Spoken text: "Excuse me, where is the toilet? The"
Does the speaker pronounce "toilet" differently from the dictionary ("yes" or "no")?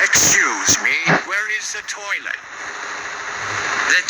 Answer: yes